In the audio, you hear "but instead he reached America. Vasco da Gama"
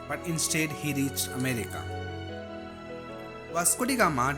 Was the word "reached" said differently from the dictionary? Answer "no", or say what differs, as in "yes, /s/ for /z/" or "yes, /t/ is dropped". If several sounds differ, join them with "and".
yes, /t/ is dropped